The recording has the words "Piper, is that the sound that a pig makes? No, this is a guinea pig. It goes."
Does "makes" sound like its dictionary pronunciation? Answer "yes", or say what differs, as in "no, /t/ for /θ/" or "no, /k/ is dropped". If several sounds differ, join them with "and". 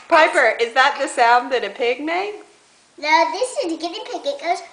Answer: no, /s/ is dropped